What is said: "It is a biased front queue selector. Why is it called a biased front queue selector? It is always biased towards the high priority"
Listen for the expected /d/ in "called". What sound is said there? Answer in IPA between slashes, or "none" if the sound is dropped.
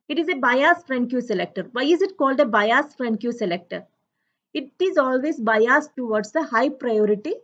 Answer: /d/